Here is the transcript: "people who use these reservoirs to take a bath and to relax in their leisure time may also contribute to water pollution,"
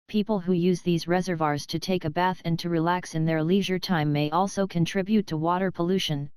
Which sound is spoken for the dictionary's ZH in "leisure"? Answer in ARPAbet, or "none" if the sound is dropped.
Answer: ZH